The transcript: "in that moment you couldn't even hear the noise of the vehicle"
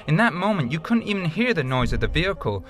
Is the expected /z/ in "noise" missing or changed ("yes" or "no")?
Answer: no